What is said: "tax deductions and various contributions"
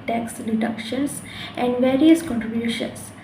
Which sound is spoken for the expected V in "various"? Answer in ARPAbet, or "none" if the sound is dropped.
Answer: V